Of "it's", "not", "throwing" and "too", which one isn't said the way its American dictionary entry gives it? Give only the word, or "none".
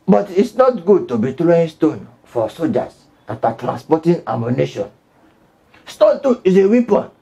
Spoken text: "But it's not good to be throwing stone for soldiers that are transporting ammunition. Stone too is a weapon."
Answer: throwing